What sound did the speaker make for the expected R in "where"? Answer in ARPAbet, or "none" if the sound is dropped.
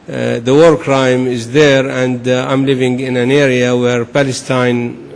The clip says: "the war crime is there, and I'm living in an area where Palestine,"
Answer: R